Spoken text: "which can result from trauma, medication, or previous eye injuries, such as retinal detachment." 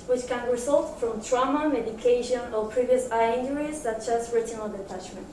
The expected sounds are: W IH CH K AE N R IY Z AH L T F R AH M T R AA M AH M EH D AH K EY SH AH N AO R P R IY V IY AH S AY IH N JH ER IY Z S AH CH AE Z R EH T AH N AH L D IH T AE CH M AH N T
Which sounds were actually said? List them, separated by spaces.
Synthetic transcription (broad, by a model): W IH CH K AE N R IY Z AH L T F R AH M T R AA M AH M EH D AH K EY SH AH N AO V P R IY V IY AH S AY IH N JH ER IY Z S AH CH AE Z R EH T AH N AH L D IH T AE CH M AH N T